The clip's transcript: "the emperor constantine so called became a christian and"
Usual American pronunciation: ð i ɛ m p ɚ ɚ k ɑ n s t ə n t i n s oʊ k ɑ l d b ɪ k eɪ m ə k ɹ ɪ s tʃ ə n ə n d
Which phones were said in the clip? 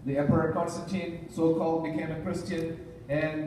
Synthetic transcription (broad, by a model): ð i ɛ p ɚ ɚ k ɑ n s t ə n t i n s oʊ k ɑ l d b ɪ k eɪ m ə k ɹ ɪ s tʃ ə n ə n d